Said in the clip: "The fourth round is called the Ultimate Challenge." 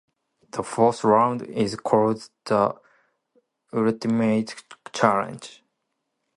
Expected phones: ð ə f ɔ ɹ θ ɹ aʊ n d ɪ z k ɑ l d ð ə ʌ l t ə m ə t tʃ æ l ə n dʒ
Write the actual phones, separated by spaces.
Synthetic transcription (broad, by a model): ð ə f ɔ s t ɹ aʊ n d ɪ z k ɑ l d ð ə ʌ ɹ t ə m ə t tʃ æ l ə n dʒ